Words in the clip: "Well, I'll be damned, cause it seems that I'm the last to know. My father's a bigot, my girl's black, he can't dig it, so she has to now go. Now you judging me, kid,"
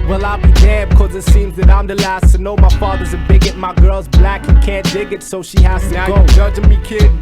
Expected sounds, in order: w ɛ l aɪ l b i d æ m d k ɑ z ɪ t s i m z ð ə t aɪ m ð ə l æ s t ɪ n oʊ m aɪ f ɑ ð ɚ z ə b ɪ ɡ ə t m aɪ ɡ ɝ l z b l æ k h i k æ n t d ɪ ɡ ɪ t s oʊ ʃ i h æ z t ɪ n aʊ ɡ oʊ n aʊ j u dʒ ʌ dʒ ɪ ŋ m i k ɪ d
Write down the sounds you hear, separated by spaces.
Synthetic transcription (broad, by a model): w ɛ l aɪ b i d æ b k ɑ z ɪ t s i m z ð ə t aɪ m ð ə l æ s t ɪ n oʊ m aɪ f ɑ ð ɚ z ə b ɪ ɡ ə t m aɪ ɡ ɝ l z b l æ k k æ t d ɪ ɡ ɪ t s oʊ ʃ i h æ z t ɪ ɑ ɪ ɡ oʊ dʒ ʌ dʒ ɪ m i k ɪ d